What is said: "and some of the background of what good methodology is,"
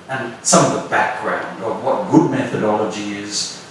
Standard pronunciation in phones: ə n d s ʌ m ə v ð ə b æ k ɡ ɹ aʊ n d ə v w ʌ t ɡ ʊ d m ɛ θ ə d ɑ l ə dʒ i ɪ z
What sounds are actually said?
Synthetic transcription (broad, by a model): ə n s ʌ m ə v ð ə b æ k ɡ ɹ aʊ n d ə v w ʌ t ɡ ʊ d m ɛ θ ə d ɑ l ə dʒ i ɪ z